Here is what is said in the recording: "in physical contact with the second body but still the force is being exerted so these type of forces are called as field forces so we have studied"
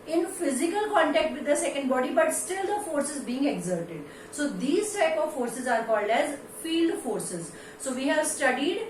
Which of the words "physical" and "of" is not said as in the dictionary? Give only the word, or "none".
none